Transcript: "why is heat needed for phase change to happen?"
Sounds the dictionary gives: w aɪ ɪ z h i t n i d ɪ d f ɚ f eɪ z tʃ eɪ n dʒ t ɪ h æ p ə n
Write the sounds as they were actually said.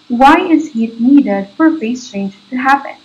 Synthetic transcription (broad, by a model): w aɪ ɪ z h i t n i d ɪ d f ɚ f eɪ s tʃ eɪ n dʒ t ɪ h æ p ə n